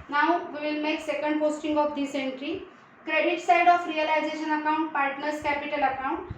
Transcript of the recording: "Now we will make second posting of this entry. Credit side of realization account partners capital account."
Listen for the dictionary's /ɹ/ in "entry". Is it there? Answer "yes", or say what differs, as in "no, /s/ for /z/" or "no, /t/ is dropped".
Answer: yes